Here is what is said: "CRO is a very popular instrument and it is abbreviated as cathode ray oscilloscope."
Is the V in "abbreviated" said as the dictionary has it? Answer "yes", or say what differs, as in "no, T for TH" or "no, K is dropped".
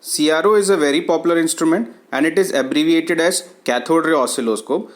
yes